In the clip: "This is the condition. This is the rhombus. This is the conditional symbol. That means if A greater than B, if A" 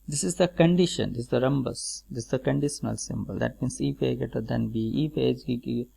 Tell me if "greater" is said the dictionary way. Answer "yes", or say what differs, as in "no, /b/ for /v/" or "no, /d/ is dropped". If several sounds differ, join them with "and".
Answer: no, /ɹ/ is dropped